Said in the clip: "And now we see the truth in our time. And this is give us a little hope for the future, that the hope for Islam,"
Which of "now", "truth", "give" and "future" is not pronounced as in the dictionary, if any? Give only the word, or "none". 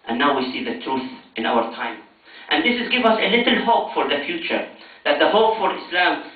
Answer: none